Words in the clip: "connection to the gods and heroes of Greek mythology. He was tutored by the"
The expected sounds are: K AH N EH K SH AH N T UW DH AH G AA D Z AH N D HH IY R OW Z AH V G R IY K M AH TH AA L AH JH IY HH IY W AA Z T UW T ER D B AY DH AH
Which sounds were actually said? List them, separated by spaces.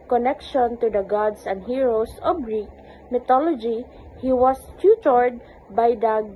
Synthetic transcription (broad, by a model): K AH N EH K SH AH N T UW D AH G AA D S AH N D HH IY R OW S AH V G R IY K M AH T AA L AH JH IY HH IY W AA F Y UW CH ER D B AY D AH